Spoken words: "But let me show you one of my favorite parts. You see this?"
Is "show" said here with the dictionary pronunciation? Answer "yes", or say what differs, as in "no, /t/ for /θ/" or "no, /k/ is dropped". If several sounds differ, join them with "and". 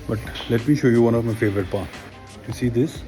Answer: yes